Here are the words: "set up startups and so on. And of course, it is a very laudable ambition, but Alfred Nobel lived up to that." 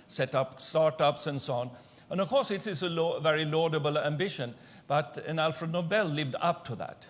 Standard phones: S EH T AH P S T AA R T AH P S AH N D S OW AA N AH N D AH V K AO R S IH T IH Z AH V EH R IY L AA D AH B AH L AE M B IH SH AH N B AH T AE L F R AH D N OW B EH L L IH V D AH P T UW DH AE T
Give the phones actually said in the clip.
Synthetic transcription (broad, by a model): S EH T AH P S T AA R T AH P S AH N S OW AA N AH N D AH V K AO R S IH T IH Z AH V EH R IY L AA D AH B AH L AE M B IH SH AH N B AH T AE L F R AH D N OW B EH L L IH V D AH P T UW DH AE T